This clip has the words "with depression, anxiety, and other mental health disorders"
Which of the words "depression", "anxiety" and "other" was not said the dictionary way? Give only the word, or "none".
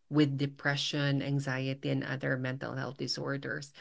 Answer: none